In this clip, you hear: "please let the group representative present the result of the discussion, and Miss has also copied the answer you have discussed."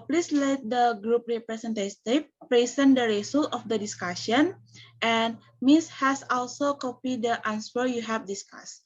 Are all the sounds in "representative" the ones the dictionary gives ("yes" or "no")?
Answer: no